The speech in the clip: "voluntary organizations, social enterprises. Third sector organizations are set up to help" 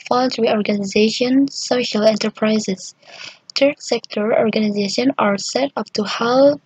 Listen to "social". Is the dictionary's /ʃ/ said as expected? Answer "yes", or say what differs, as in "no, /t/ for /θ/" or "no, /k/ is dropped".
yes